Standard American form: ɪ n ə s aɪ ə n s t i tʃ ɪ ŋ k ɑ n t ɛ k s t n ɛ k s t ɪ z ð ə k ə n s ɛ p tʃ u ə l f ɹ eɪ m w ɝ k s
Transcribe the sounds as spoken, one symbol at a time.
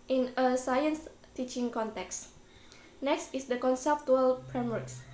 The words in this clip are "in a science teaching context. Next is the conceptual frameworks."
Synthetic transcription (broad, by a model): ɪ n ə s aɪ ə n s t i tʃ ɪ ŋ k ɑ n t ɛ k s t n ɛ k s t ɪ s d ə k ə n s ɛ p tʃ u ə l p ɹ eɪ m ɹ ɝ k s